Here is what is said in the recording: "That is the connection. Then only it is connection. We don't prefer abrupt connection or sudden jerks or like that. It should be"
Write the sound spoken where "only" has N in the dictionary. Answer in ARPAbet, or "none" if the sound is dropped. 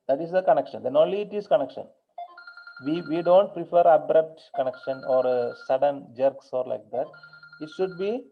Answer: none